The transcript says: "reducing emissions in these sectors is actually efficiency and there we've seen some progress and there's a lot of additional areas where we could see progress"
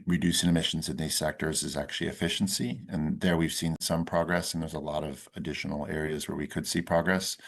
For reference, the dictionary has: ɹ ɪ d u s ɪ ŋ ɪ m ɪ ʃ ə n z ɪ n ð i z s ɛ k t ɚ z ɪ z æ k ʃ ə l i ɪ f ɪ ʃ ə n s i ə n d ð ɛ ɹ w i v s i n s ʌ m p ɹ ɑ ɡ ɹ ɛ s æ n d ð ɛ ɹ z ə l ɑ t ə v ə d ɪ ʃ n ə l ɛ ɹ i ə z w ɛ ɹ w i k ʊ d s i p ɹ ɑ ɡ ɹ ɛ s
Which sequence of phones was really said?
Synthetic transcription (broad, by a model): ɹ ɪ d u s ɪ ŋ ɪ m ɪ ʃ n z ɪ n ð i z s ɛ k t ɚ z ɪ z æ k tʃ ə l i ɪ f ɪ ʃ n s i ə n ð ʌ ɹ w i v s i n s ʌ m p ɹ ɑ ɡ ɹ ɛ s n ð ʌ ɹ z ə l ɑ t ə v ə d ɪ ʃ n l ɛ ɹ i ə z w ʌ ɹ w i k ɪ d s i p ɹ ɑ ɡ ɹ ɛ s